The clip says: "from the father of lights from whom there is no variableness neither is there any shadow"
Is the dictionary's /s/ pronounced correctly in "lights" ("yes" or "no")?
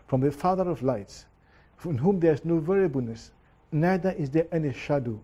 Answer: yes